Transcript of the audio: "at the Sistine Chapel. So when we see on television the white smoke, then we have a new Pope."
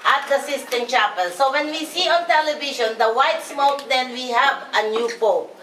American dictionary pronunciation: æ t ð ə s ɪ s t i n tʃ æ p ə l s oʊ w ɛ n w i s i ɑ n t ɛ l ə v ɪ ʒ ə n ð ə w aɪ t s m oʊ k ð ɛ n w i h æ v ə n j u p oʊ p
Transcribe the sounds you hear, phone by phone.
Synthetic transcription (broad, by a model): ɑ t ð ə s ɪ s t i n tʃ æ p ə l s oʊ w ɛ n w i s i ɑ n t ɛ l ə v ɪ ʃ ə n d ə w aɪ t s m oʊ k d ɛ n w i h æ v ə n j u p oʊ